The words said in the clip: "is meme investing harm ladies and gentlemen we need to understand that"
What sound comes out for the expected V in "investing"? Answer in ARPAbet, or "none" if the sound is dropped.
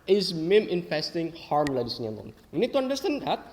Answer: F